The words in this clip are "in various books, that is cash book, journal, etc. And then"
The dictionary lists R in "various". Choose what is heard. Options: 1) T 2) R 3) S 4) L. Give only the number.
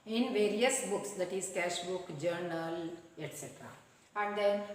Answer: 2